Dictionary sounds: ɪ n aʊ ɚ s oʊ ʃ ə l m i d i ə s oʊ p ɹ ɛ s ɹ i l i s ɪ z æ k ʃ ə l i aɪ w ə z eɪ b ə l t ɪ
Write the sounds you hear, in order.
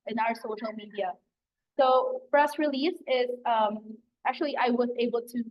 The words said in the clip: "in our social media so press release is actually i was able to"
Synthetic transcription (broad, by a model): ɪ n aʊ ɚ s oʊ ʃ l m i d i ə s oʊ f ɹ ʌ s ɹ i l i s ɪ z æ k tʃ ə l i aɪ w ə z eɪ b l t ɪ